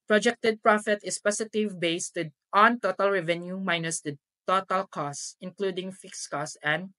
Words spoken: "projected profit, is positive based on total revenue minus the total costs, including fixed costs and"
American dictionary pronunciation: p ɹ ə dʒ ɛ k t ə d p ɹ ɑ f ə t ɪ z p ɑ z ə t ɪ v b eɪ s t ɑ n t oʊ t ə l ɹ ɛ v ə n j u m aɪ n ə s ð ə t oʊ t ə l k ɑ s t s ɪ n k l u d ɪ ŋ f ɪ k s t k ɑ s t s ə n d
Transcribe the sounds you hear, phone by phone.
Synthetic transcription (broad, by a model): p ɹ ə dʒ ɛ k t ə d p ɹ ɑ f ə t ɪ s p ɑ s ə t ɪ v b eɪ s t ɑ n t oʊ t ə l ɹ ɛ v ə n j u m aɪ n ə s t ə t oʊ t ə l k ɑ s s ɪ n k l u d ɪ ŋ f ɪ k s k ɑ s s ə n d